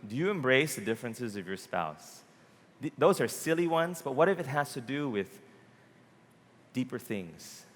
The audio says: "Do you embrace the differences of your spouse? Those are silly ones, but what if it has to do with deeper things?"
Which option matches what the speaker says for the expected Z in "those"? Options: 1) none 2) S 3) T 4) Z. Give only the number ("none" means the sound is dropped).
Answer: 4